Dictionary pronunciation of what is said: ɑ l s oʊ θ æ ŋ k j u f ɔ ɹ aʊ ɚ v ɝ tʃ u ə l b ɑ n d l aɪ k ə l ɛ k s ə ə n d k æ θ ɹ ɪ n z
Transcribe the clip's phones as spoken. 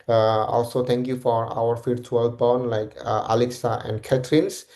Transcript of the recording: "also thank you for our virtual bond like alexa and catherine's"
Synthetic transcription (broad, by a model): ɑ l s oʊ t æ ŋ k j u f ɔ ɹ aʊ ɚ f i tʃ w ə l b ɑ n l aɪ k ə l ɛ k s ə ə n d k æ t ɹ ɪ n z